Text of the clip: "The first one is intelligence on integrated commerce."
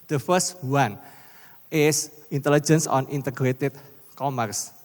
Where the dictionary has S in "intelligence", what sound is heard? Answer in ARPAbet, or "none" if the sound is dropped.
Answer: S